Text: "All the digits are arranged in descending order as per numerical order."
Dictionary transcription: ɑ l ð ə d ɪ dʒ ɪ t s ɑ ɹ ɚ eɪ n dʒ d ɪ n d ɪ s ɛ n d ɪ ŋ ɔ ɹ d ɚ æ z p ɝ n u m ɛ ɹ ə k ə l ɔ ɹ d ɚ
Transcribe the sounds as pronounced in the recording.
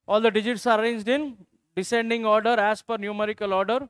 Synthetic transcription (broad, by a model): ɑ l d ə d ɪ dʒ ɪ t s ɑ ɹ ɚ eɪ n dʒ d ɪ n d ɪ s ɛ n d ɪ ŋ ɔ ɹ d ɚ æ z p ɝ n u m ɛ ɹ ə k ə l ɔ ɹ d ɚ